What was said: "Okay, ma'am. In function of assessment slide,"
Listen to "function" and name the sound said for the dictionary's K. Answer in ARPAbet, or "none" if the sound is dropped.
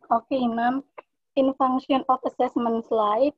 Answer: none